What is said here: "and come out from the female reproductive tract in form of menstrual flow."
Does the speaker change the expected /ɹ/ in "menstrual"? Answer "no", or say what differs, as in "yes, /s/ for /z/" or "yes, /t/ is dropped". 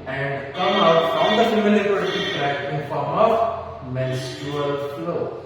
yes, /ɹ/ is dropped